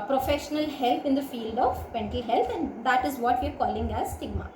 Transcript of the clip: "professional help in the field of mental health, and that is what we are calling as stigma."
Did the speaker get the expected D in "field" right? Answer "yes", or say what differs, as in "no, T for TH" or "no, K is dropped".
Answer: yes